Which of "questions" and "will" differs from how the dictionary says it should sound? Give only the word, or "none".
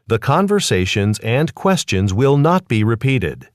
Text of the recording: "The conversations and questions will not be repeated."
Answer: none